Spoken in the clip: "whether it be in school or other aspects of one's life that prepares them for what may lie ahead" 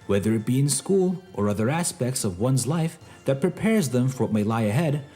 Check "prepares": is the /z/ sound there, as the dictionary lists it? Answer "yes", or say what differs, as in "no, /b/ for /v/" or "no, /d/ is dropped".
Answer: yes